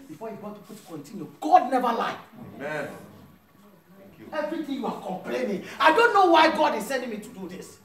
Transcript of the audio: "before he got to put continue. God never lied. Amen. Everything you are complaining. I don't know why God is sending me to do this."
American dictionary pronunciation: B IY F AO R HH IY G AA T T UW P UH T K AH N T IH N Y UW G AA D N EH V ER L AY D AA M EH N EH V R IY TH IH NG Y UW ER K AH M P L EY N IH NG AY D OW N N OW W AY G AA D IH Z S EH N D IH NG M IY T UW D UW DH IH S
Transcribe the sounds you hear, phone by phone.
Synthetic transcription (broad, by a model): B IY F AO HH IY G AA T T UW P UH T K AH N T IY N Y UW G AA D N EH V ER L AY AA IH EH V R IY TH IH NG Y UW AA K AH M P L EY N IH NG AY D OW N N OW W AY G AA D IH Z S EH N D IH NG M IY T UW D UW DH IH S